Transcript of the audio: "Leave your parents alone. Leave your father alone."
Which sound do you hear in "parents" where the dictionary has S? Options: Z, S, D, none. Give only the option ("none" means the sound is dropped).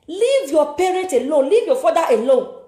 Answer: none